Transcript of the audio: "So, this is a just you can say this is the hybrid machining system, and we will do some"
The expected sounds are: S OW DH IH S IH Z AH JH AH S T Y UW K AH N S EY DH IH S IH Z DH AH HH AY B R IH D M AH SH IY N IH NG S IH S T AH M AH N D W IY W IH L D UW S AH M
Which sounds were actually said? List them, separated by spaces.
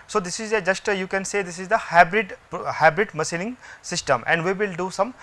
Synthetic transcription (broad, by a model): S OW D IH S IH Z AH JH AH S T Y UW K AH N S EY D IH S IH Z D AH HH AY B R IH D M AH S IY L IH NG S IH S T AH M AH N D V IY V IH L D UW S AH M